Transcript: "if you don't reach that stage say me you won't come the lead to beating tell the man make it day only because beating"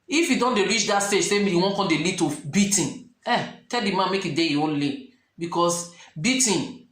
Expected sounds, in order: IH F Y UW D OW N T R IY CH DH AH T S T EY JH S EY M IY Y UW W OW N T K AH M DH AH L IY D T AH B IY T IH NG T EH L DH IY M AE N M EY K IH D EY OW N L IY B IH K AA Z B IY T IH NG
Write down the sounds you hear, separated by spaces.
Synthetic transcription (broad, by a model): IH F Y UW D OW N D R IY CH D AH T S T EY JH S EY M IY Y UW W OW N K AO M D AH L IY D T AH B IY T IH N T EH L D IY M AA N M EY K IH D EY OW N L IY B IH K AA S B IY T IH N